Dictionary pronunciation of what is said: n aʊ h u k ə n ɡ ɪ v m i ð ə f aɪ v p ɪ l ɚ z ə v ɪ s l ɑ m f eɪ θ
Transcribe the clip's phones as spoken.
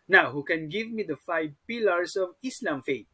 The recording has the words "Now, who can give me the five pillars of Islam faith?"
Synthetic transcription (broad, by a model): n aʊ h u k ə n ɡ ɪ v m i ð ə f aɪ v p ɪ l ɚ s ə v ɪ s l ɑ m f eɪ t